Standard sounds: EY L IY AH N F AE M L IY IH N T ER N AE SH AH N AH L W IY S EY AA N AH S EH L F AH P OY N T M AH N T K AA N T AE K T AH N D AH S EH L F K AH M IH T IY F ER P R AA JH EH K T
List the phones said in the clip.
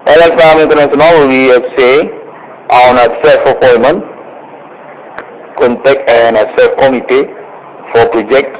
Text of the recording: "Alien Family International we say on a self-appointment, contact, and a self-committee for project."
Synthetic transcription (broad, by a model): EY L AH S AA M IY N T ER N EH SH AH N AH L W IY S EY AA N AH S EH L F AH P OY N M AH N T K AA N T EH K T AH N AH S EH L F K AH M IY T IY F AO P R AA JH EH K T